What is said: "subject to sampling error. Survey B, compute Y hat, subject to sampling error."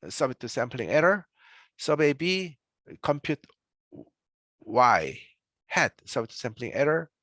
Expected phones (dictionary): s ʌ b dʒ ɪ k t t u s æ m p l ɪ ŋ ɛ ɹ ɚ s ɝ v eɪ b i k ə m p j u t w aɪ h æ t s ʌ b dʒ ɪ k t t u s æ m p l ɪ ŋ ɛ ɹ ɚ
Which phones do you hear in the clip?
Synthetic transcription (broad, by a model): s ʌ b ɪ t t u s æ m p l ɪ ŋ ɛ ɹ ɚ s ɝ b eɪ b i k ə m p j u t w aɪ h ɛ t s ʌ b ɪ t t u s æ m p l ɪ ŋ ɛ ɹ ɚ